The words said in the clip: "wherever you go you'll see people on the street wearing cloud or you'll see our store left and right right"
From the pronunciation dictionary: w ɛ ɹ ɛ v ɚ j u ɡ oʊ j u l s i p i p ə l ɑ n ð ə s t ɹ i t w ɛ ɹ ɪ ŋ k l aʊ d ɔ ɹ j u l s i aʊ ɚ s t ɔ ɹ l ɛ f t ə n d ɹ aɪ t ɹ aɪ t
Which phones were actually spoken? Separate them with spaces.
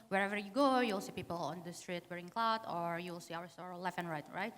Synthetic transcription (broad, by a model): w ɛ ɹ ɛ v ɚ j u ɡ oʊ j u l s i p i p ə l ɑ n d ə s t ɹ i t w ɛ ɹ ɪ ŋ k l aʊ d ɔ ɹ j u l s i aʊ ɚ s t ɔ ɹ l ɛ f ə n ɹ aɪ t ɹ aɪ t